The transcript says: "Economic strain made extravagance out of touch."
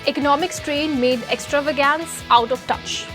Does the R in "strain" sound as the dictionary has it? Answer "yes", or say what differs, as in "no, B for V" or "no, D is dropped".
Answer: yes